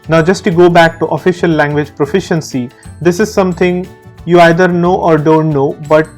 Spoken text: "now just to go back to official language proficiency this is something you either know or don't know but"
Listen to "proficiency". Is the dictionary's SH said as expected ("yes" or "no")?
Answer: yes